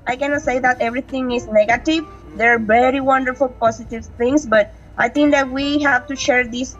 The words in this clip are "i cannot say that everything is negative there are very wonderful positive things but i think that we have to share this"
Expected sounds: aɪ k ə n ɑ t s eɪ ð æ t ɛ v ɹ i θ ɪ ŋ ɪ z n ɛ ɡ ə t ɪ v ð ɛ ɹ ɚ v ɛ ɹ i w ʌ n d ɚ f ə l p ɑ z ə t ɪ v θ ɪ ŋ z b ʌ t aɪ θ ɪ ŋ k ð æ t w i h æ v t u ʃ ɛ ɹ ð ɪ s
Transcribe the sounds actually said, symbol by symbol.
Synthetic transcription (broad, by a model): aɪ k ə n ɑ t s eɪ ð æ t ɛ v ɹ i t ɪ ŋ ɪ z n ɛ ɡ ə t ɪ v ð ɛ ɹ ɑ v ɛ ɹ i w ʌ n d ɚ f ə l p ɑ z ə t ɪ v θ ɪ ŋ s b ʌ t aɪ t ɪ ŋ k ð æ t w i h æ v t u ʃ ɛ ɹ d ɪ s